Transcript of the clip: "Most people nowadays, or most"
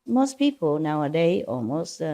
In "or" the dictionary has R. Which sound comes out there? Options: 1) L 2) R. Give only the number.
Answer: 1